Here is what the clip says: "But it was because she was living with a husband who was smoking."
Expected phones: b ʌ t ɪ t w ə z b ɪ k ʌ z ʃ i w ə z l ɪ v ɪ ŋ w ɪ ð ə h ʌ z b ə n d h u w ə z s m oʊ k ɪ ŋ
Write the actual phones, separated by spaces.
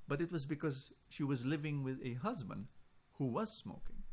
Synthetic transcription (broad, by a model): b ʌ t ɪ t w ə z b ɪ k ʌ z ʃ i w ə z l ɪ v ɪ ŋ w ɪ ð ə h ʌ z b ə n d h u w ə z s m oʊ k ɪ ŋ